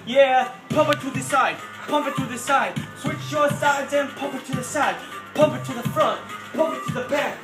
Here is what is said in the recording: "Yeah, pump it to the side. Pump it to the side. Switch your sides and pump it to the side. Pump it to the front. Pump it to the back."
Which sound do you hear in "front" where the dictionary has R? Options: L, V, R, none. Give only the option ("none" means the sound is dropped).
R